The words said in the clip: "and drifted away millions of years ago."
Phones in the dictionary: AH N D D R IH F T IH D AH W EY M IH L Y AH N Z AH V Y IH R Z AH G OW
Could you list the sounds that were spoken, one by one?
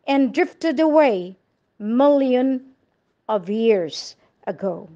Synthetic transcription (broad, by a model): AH N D D R IH F T IH D AH W EY M IH L Y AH N AH V Y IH R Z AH G OW